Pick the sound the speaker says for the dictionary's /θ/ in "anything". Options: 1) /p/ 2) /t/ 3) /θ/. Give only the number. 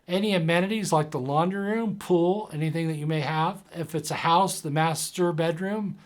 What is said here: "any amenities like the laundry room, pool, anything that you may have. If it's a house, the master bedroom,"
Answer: 3